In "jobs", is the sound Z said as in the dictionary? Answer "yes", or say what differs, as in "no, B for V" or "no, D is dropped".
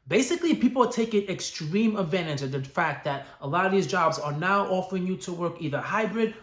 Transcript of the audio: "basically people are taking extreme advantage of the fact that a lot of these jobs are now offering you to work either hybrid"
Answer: yes